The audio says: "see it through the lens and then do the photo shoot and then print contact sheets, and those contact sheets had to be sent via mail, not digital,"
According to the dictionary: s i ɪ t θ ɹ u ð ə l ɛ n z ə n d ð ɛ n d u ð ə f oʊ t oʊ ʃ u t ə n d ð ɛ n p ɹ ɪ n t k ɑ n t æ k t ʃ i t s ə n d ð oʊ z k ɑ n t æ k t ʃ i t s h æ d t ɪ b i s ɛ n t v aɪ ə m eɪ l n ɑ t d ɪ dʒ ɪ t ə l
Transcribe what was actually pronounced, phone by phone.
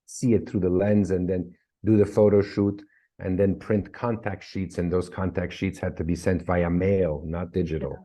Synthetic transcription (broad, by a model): s i ɪ t θ ɹ u ð ə l ɛ n z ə n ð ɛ n d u ð ə f oʊ t oʊ ʃ u t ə n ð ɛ n p ɹ ɪ n t k ɑ n t æ k t ʃ i t s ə n ð oʊ z k ɑ n t æ k t ʃ i t s h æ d t ɪ b i s ɛ n t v aɪ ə m eɪ l n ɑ t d ɪ dʒ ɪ t l